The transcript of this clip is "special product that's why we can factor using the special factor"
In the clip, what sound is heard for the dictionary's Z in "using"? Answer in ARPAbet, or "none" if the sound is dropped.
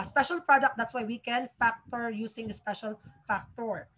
S